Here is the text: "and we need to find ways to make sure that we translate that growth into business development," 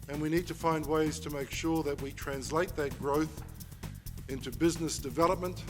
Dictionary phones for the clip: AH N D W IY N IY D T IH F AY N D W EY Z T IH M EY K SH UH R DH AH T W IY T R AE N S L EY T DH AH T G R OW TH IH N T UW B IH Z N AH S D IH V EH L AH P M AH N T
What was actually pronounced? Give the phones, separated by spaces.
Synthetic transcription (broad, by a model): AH N W IY N IY D T IH F AY N D W EY Z T IH M EY K SH UH R DH AH T W IY T R AE N S L EY T DH AH T G R OW TH IH N T UW B IH Z N AH S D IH V EH L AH P M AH N T